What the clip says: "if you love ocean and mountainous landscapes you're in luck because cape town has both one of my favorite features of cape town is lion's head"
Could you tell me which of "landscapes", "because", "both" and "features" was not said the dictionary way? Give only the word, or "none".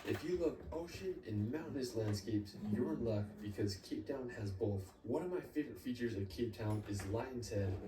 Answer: none